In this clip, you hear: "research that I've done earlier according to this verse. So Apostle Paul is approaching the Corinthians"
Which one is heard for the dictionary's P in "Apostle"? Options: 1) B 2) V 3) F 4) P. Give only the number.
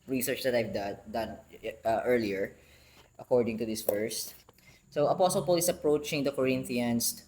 4